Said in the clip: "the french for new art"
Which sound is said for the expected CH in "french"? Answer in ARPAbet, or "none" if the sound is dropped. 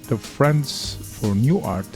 S